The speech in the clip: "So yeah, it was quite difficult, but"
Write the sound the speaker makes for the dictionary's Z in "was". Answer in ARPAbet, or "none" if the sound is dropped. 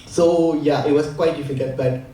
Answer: S